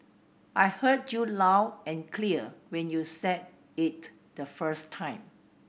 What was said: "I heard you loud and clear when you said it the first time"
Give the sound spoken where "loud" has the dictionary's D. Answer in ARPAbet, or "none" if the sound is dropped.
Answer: none